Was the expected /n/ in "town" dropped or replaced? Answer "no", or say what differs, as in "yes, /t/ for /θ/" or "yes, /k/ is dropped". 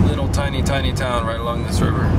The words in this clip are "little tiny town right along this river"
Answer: no